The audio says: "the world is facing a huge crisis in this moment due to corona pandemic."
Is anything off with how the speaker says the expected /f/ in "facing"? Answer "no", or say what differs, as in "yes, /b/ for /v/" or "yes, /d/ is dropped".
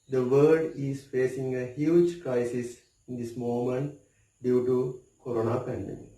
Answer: no